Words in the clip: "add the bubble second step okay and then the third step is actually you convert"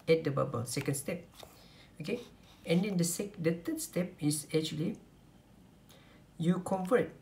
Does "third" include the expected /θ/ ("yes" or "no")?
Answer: no